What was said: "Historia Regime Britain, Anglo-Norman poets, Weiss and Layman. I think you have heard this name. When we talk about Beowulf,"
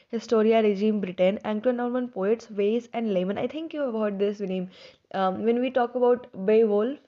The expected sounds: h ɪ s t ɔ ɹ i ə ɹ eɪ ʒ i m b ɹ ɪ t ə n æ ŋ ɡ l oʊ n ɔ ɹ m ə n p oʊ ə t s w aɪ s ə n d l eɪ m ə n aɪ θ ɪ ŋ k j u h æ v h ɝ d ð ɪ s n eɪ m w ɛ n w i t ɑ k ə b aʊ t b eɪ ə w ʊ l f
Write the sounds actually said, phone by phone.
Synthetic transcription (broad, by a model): h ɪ s t ɔ ɹ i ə ɹ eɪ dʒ i m b ɹ ɪ t ə n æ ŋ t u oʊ n ɔ ɹ m ə n p oʊ ə t s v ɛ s ə n d l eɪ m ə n aɪ t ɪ ŋ k j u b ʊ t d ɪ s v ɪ n eɪ m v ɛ n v i t ɑ k ə b aʊ t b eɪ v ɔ l